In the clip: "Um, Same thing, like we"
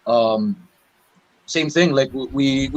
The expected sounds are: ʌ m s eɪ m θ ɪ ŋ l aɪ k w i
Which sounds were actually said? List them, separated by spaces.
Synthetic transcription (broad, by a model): ʌ m s eɪ m θ ɪ ŋ l aɪ k w i